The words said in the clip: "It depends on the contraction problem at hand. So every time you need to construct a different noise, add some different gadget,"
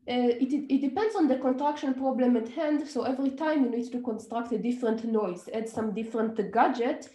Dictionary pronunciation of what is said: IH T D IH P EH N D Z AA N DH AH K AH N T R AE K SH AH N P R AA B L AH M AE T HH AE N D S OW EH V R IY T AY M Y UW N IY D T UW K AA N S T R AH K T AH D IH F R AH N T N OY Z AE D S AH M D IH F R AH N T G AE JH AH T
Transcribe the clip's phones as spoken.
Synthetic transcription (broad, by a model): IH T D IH P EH N D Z AA N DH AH K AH N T R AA K SH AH N P R AA B L AH M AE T HH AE N D S OW EH V R IY T AY M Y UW N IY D T UW K AA N S T R AH K T AH D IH F R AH N T N OY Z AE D S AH M D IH F R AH N T G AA JH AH T